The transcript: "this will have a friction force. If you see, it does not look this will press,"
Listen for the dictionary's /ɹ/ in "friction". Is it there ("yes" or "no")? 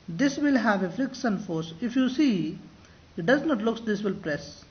no